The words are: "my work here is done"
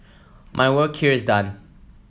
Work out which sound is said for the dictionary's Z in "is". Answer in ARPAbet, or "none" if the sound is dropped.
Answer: Z